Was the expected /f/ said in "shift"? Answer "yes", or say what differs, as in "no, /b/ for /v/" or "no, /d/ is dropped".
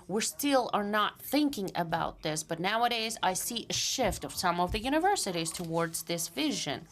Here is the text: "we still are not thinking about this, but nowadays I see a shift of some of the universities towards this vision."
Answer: yes